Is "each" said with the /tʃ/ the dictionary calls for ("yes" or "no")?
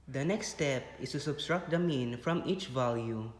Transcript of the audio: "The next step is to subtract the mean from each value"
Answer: yes